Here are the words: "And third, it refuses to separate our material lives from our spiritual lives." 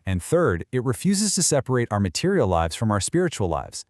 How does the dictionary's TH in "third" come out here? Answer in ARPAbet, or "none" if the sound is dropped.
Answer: TH